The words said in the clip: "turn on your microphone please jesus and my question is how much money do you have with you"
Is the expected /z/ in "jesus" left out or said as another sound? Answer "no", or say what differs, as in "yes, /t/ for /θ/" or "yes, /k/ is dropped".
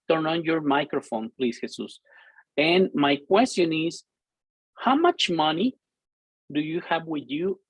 yes, /s/ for /z/